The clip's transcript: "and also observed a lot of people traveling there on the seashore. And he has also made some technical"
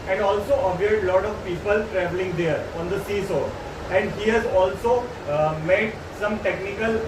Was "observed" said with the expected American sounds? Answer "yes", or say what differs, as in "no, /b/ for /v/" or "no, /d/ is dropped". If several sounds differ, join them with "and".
no, /v/ is dropped